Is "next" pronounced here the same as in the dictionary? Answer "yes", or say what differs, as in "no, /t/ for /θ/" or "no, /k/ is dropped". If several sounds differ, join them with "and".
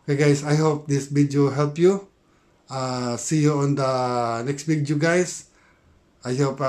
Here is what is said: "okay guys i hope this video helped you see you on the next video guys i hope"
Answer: yes